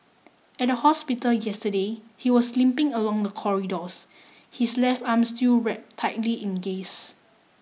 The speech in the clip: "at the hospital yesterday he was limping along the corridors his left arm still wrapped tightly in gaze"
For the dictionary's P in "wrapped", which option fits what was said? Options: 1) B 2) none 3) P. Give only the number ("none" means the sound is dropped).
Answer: 2